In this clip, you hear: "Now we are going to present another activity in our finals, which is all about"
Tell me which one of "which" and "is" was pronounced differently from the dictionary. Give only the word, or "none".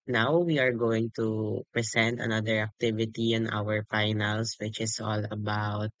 is